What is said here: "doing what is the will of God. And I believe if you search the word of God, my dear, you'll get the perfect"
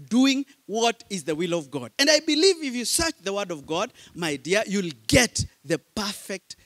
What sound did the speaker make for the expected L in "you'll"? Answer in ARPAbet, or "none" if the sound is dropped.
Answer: L